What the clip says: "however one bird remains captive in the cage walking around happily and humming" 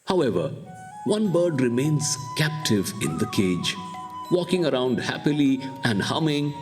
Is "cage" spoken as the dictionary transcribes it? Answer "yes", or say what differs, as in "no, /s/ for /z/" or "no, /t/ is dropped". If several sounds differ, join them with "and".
yes